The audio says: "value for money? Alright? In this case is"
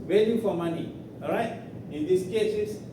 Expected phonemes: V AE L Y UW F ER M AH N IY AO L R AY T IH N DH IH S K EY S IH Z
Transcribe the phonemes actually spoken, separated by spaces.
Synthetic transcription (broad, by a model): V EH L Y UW F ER M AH N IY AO R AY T IH N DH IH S K EY S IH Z